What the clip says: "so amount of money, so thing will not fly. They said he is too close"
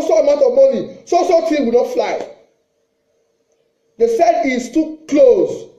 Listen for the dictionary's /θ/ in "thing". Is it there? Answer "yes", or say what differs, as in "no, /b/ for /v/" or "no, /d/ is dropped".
no, /t/ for /θ/